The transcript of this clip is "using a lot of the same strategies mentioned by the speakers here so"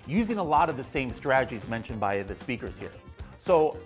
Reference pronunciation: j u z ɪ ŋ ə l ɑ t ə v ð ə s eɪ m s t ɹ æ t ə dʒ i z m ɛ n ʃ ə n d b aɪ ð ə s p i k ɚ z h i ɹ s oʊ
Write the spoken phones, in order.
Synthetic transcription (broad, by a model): j u z ɪ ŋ ə l ɑ t ə v ð ə s eɪ m s t ɹ æ t ə dʒ i z m ɛ n ʃ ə n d b aɪ ð ə s p i k ɚ z h i ɹ s oʊ